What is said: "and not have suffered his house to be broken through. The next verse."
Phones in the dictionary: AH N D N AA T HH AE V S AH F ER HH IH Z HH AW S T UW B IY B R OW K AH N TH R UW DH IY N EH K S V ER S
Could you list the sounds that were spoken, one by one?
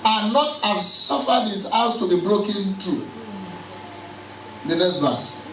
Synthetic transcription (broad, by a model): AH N N AA T HH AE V S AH F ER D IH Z HH AW S T UW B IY B R OW K AH N T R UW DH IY N EH K S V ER S